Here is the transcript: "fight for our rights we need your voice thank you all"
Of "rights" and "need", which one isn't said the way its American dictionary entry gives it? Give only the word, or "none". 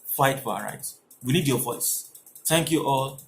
rights